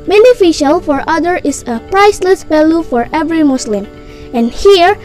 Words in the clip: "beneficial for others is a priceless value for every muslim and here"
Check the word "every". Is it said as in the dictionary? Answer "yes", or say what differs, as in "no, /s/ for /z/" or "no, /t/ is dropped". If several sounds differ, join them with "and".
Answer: yes